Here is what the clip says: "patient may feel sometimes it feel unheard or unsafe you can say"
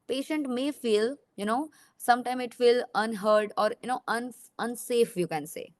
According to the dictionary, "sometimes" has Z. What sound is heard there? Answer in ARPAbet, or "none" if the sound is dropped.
none